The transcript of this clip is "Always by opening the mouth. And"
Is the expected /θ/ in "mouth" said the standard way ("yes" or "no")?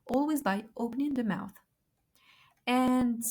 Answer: yes